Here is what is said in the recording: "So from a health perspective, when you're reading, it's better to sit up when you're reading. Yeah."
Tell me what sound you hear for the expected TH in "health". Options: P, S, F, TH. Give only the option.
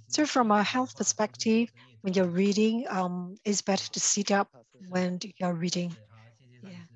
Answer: TH